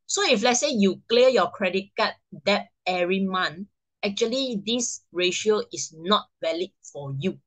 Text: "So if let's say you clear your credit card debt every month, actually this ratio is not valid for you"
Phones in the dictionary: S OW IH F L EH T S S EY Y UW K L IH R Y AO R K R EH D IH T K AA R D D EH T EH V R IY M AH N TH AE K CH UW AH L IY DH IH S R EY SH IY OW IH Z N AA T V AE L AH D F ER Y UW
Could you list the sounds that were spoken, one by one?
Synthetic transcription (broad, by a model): S OW IH F L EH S S EY Y UW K L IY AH Y AO K R EH D IH T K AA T D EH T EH R IY M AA N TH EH K CH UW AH L IY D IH S R EY SH IY OW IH S N AA T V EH L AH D F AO Y UW